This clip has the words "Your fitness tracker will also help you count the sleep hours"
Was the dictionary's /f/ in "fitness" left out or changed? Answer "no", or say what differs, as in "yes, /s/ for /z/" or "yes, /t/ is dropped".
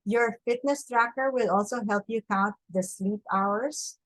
no